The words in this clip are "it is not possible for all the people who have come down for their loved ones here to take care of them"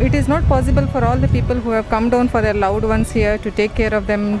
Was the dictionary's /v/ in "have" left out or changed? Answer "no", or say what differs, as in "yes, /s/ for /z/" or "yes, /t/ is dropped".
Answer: no